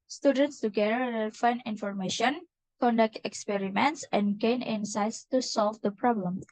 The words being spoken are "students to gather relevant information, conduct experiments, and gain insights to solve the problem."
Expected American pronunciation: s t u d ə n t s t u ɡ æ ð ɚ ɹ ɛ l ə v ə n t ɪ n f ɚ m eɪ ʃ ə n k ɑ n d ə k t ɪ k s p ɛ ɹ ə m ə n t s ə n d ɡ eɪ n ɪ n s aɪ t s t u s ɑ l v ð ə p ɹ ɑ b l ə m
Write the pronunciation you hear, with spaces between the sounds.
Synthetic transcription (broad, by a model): s t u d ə n t s t u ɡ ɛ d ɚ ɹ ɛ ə f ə n ɪ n f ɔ m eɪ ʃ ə n k ɑ n d ə k t ɪ k s p ɛ ɹ ə m ə n t s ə n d ɡ eɪ n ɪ n s aɪ t s t u s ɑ l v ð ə p ɹ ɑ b l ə m